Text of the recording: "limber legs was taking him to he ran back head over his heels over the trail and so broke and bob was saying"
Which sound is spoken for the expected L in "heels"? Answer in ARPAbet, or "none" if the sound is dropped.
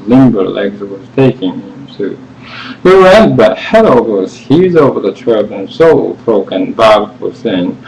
none